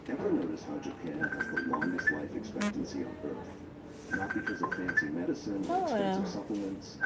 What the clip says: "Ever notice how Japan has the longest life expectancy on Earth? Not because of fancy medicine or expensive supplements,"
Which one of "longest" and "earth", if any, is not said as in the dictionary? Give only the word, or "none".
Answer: none